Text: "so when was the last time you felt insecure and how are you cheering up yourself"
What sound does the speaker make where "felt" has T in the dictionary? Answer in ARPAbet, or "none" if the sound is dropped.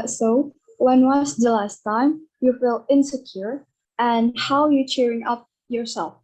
none